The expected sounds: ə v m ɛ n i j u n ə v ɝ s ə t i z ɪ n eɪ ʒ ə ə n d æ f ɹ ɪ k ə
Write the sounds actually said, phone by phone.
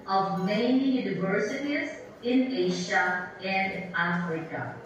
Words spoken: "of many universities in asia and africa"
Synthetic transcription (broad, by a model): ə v m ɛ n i j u n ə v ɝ s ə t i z ɪ n eɪ ʃ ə ə n d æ f ɹ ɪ k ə